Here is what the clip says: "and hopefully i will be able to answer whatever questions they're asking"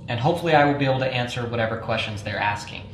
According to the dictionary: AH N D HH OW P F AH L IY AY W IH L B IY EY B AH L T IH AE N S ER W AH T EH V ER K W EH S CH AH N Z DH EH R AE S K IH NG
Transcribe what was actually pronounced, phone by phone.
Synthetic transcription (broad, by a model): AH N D HH OW P F L IY AY W IH L B IY EY B L T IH AE N S ER W AH T EH V ER K W EH S CH AH N Z DH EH R AE S K IH NG